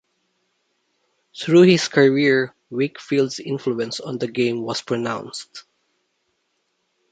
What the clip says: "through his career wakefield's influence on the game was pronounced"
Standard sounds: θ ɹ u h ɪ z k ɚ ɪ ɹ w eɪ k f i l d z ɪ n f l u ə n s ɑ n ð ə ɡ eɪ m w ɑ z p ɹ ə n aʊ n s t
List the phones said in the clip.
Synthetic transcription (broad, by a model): θ ɹ u h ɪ s k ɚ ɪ ɹ w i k f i l d s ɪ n f l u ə n s ɑ n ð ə ɡ eɪ m w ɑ s p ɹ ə n aʊ n s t